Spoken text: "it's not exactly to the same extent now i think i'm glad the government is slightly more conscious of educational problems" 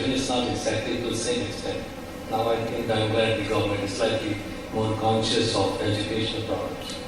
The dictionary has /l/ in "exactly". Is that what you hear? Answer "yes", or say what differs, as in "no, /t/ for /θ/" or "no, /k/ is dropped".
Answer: no, /l/ is dropped